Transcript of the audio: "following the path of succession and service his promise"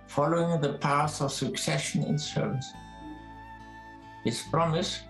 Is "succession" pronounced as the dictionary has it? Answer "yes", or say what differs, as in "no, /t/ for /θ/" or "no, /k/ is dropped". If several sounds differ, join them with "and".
yes